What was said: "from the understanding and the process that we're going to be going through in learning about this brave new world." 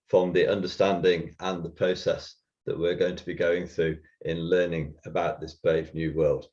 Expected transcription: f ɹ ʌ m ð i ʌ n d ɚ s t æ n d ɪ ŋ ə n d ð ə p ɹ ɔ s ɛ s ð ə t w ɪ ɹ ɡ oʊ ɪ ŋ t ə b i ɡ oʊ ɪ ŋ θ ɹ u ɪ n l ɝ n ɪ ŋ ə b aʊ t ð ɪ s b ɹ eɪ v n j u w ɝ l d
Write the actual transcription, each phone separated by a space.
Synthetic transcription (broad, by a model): f ɹ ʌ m ð i ʌ n d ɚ s t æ n d ɪ ŋ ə n ð ə p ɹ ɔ s ɛ s ð ə t w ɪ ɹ ɡ oʊ ɪ ŋ t ə b i ɡ oʊ ɪ ŋ θ ɹ u ɪ n l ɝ n ɪ ŋ ə b aʊ t ð ɪ s b ɹ eɪ v n j u w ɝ l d